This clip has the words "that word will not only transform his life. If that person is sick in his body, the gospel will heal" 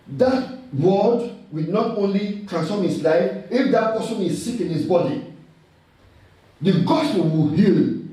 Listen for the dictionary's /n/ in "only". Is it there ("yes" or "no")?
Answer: yes